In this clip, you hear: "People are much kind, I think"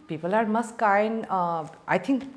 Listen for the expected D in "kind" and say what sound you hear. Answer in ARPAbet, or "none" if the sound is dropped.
none